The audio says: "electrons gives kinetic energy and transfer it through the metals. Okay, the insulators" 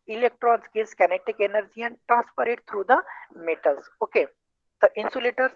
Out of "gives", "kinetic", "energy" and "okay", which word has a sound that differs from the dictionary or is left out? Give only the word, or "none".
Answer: gives